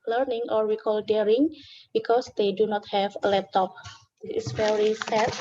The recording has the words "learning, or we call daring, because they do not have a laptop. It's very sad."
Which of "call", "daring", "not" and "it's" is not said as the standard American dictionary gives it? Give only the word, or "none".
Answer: it's